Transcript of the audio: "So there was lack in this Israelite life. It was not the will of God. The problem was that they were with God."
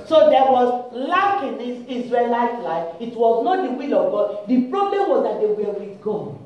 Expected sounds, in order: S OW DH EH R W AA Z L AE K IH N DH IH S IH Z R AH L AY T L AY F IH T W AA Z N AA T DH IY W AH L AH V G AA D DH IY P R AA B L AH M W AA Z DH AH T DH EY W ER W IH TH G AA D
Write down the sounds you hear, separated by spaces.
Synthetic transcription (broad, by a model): S OW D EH W AA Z L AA K IH N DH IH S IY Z R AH L AY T L AY F IH T W AA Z N AA T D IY W AH L AH V G AA D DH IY P R AA B L AH M W AA Z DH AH T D EY W ER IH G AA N